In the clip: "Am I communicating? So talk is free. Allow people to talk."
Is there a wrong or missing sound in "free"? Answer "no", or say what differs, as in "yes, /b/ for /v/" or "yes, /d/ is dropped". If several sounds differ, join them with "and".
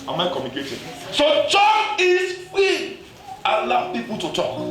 yes, /ɹ/ is dropped